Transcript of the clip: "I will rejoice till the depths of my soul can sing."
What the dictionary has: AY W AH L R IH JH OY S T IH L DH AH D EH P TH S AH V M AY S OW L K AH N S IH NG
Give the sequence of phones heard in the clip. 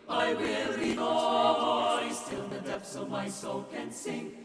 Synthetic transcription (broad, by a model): AY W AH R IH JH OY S T IH L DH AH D EH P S AH V M AY S OW L K AH N S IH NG